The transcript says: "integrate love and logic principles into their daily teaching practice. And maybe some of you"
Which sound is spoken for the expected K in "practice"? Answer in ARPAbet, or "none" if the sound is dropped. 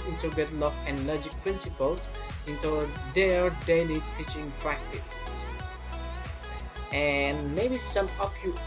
K